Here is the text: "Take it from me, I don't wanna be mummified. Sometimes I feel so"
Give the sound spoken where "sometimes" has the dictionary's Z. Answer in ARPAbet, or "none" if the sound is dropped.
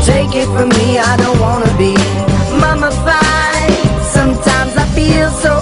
Z